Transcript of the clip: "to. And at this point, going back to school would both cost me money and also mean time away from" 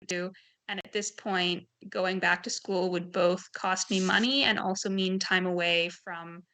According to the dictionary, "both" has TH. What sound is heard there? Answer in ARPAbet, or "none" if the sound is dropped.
TH